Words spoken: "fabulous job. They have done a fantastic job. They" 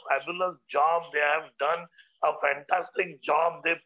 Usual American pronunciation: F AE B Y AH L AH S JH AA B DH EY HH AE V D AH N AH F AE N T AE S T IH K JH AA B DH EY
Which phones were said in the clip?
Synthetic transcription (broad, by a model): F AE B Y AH L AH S JH AA B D EY HH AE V D AH N AH F AE N T AE S T IH K JH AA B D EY